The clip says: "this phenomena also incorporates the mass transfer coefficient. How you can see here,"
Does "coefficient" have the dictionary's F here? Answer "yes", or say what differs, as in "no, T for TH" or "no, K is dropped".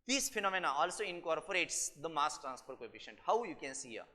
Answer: no, P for F